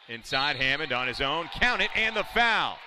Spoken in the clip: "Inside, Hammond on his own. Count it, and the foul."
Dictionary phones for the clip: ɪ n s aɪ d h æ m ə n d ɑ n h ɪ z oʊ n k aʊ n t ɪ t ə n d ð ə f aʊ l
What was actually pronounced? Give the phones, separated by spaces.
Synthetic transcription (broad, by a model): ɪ n s aɪ d h æ m ə n d n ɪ z oʊ n k aʊ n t ɪ t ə n ð ə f aʊ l